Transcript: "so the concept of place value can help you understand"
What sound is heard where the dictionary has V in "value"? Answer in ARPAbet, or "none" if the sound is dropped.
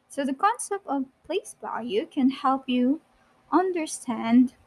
B